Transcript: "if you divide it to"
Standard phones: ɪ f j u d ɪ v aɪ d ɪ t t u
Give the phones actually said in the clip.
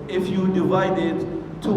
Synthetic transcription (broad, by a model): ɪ f j u d ɪ v aɪ d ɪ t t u